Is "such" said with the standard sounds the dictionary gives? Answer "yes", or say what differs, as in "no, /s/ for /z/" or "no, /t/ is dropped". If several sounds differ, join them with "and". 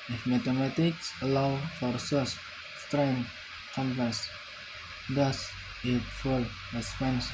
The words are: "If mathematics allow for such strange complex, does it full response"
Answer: no, /s/ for /tʃ/